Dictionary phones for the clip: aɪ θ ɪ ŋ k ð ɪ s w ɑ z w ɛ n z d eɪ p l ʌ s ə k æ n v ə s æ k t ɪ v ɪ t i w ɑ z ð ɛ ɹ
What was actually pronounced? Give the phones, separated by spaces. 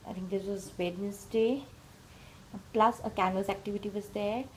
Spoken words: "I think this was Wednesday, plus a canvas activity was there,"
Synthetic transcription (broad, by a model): aɪ t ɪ ŋ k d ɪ s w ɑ z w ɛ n s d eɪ p l ʌ s ə k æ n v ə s æ k t ɪ v ɪ t i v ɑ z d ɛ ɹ